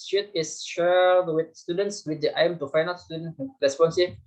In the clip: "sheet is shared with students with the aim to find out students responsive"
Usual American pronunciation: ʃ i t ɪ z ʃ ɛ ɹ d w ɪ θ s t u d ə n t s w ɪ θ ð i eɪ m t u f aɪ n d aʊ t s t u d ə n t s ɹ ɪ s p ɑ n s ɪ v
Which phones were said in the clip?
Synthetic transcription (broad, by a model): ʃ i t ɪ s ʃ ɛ l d w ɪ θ s t u d ə n t s w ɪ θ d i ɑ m t u f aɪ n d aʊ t s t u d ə n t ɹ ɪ s p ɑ n s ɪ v